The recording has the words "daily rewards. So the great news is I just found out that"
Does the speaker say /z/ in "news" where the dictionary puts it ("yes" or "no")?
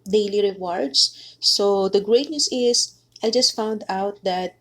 no